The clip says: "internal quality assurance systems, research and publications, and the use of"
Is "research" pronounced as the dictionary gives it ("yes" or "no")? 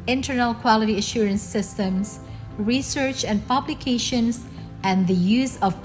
yes